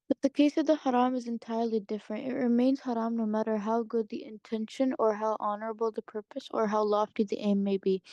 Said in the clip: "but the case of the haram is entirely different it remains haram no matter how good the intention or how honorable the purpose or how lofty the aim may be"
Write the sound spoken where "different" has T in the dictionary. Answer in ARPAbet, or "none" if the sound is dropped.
T